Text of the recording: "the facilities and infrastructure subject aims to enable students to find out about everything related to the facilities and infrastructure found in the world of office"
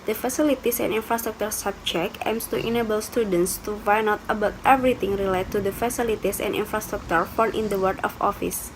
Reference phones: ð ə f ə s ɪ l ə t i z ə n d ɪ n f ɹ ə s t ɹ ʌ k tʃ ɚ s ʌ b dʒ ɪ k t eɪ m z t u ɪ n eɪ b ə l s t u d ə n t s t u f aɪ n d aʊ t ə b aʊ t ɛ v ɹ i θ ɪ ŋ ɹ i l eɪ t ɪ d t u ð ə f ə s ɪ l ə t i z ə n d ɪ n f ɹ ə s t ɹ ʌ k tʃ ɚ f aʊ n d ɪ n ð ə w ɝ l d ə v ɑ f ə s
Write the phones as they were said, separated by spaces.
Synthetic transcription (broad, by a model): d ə f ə s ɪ l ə t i s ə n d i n f ɹ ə s t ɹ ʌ k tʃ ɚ s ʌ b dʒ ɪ k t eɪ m s t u ɪ n eɪ b ə l s t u d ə n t s t u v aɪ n aʊ t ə b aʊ t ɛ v ɹ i t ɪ ŋ ɹ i l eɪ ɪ t u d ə f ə s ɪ l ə t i s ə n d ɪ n f ɹ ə s t ɹ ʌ k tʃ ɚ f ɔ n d ɪ n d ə w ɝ d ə f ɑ f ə s